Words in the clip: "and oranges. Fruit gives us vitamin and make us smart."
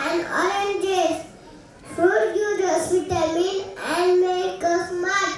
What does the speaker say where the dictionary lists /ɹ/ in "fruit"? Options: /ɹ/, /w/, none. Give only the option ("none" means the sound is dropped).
none